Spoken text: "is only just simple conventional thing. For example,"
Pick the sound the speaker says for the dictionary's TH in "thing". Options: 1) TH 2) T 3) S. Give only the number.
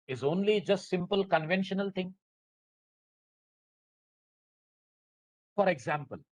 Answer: 2